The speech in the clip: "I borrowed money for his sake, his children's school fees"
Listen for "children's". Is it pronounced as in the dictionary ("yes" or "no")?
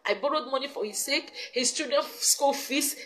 no